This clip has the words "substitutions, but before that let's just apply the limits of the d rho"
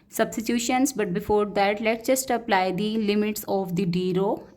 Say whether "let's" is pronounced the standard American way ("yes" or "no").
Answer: no